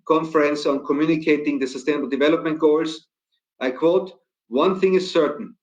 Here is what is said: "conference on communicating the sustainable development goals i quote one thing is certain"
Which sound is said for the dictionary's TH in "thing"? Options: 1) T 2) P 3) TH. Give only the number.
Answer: 3